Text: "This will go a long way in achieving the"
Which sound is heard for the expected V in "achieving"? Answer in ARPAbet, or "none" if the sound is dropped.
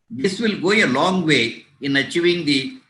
none